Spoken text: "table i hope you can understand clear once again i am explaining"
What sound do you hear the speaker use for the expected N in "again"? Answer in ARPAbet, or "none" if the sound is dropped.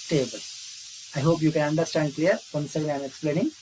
none